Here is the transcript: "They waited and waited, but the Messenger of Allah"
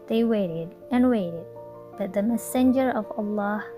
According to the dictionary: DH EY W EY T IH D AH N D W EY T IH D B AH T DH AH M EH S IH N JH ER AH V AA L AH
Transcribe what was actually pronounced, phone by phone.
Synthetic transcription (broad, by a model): DH EY W EY T IH D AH N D W EY T IH D B AH T DH AH M EH S IH N JH ER AH V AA L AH